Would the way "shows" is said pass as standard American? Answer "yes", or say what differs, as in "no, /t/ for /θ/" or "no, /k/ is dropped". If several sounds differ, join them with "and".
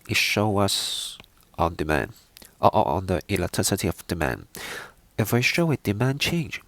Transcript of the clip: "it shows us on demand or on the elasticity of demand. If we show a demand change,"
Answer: no, /z/ is dropped